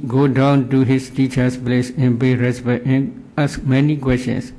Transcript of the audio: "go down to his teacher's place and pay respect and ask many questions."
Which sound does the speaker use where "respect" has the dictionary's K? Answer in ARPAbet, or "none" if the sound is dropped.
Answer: none